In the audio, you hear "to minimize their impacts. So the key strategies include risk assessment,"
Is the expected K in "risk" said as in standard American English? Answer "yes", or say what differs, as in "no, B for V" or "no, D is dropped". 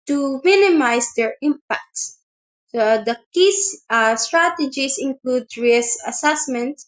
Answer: no, K is dropped